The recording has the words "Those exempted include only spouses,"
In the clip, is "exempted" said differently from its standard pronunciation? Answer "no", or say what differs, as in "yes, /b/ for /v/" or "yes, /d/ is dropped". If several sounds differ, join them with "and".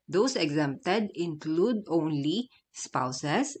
no